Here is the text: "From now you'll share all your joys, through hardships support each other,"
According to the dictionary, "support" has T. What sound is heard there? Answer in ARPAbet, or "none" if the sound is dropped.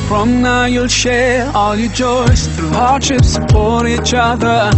none